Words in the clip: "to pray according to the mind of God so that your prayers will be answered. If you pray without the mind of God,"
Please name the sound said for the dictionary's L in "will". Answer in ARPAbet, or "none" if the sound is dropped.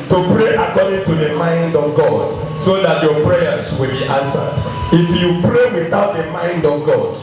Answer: L